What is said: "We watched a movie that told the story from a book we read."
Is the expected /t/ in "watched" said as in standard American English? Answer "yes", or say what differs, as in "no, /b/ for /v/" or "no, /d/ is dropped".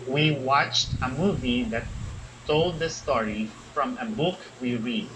yes